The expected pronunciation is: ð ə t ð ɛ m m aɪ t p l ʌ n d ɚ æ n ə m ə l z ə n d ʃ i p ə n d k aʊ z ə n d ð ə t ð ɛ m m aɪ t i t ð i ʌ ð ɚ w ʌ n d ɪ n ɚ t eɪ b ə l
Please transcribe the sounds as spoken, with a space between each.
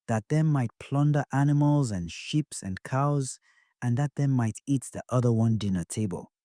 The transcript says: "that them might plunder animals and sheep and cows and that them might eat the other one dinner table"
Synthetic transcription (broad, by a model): ð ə t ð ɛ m m aɪ t p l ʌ n d ɚ æ n ə m ə l z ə n ʃ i p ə n k aʊ z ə n ð ə t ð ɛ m m aɪ t i t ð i ʌ ð ɚ w ʌ n d ɪ n ɚ t eɪ b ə l